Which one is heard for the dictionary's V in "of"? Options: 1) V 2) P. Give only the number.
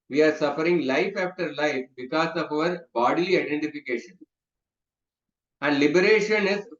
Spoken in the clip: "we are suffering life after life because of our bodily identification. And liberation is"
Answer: 1